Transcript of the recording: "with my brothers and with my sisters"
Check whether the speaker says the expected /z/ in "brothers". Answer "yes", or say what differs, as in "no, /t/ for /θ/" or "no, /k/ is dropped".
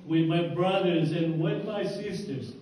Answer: yes